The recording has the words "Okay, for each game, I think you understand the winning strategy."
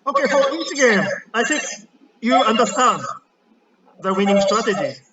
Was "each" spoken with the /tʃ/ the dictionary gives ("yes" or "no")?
no